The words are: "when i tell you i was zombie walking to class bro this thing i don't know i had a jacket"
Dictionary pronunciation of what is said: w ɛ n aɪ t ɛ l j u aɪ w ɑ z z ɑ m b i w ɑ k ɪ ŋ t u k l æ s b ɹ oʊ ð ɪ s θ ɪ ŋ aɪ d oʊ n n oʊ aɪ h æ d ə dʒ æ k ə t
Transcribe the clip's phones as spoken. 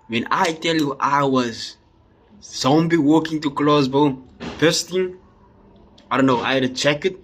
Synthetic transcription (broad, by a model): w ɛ n aɪ t ɛ l j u aɪ w ɑ z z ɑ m b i w ɑ k ɪ ŋ t u k l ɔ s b oʊ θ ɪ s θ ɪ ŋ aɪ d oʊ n n oʊ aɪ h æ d ə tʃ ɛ k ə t